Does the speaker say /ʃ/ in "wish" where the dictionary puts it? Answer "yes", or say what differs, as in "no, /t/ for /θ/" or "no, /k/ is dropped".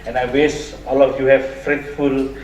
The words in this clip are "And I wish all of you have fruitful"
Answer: no, /s/ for /ʃ/